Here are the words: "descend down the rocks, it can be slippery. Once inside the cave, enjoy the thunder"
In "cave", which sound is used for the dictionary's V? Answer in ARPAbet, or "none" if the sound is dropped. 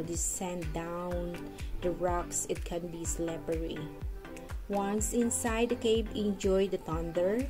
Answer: P